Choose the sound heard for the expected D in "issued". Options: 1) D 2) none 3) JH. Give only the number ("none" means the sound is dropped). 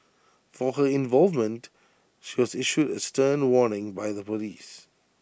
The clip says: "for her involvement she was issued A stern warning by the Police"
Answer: 1